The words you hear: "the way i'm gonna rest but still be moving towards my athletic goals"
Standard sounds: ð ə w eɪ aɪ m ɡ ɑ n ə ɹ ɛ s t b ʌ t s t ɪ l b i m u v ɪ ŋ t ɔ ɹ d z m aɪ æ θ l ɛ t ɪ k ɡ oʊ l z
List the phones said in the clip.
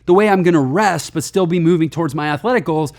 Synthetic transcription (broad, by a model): ð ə w eɪ aɪ m ɡ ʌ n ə ɹ ɛ s t b ʌ t s t ɪ l b i m u v ɪ ŋ t ɔ ɹ d z m aɪ æ θ l ɛ t ɪ k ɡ oʊ l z